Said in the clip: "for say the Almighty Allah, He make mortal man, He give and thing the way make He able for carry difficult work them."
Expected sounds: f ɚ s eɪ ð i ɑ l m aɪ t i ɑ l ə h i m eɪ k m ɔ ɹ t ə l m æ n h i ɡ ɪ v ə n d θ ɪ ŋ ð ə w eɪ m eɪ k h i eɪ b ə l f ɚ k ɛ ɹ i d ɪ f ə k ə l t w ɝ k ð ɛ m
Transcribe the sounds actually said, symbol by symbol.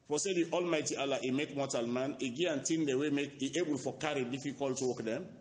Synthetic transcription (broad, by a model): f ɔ s eɪ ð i ɑ l m aɪ t i ɑ l ə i m eɪ k m ɔ t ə l m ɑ n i ɡ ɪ ə n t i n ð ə w eɪ m eɪ k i eɪ b ə l f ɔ k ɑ ɹ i d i f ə k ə l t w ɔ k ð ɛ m